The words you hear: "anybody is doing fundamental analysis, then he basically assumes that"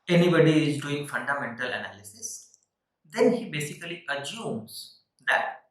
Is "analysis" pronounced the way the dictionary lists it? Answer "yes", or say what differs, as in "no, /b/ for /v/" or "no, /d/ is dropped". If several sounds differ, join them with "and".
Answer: yes